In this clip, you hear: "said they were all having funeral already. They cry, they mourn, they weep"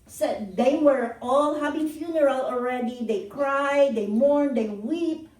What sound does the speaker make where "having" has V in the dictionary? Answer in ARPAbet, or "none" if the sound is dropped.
B